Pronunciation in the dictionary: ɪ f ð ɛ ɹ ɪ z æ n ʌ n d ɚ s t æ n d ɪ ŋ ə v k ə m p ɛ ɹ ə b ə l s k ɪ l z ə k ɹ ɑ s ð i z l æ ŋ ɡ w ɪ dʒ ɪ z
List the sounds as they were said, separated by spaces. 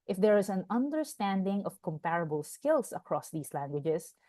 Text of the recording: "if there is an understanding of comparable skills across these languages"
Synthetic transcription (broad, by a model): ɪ f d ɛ ɹ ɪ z æ n ʌ n d ɚ s t æ n d ɪ ŋ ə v k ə m p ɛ ɹ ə b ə l s k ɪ l s ə k ɹ ɑ s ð i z l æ ŋ ɡ w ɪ dʒ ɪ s